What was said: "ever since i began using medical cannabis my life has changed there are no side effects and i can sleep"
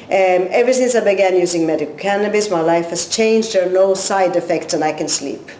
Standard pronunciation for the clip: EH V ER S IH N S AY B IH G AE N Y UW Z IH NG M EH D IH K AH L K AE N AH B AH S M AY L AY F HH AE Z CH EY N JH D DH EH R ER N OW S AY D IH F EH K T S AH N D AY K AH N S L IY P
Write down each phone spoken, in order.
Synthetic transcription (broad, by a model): EH V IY S IH N S AY B IH G AE N Y UW Z IH NG M EH D IH K AH L K AE N AH B AH S M AY L AY F HH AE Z CH EY N JH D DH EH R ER N OW S AY D IH F EH K T S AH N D AY K AH N S L IY P